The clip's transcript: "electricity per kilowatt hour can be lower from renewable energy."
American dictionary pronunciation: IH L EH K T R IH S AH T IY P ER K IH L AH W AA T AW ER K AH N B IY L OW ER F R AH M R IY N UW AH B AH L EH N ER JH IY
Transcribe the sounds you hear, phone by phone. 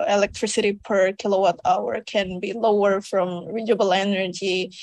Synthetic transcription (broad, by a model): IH L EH K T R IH S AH T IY P ER K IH L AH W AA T AW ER K AH N B IY L OW ER F R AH M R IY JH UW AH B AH L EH N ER JH IY